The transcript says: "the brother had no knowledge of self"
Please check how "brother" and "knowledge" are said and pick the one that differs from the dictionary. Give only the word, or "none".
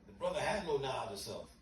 knowledge